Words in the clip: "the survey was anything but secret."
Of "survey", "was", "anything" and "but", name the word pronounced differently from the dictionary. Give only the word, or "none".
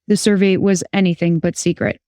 none